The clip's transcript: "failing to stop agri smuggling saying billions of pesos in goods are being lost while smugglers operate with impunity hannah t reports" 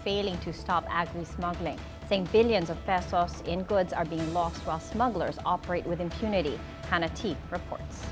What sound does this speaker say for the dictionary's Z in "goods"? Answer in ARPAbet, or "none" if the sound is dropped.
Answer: Z